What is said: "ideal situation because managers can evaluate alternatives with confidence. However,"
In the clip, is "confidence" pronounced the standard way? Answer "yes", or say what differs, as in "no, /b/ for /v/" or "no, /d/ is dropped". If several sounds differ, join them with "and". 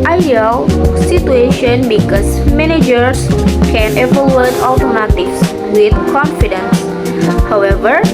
yes